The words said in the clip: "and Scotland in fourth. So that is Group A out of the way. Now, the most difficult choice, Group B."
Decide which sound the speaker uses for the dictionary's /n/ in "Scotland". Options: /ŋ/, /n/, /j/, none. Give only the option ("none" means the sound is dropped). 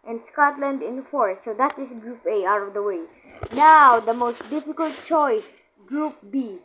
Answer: /n/